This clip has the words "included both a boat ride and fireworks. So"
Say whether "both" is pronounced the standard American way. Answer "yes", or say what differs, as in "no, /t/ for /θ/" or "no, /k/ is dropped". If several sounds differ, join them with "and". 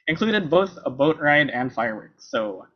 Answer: yes